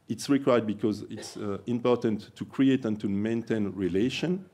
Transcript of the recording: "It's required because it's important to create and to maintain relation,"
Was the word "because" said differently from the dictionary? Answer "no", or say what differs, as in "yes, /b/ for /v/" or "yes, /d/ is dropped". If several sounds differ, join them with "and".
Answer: no